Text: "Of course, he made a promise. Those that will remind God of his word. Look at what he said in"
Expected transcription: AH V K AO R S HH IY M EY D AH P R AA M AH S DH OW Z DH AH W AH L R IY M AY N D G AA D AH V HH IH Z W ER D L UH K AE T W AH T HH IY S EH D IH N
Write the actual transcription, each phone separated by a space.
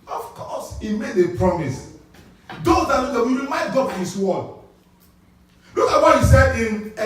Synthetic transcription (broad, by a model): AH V K AO S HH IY M EY D AH P R AA M AH S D OW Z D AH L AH W R IY M AY N D G AA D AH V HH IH S W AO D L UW K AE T W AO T HH IY S EH D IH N